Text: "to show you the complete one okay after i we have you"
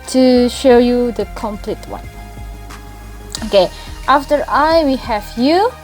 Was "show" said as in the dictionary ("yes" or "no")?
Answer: yes